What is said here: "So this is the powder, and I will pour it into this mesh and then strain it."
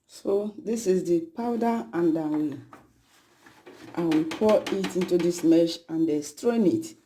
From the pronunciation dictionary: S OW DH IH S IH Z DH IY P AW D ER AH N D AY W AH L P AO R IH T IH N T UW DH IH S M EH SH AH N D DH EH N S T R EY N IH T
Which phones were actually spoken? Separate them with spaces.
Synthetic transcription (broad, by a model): S OW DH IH S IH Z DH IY P AW D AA AH N D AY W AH W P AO IH T IH N T UW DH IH S M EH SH AH N D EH S T R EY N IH T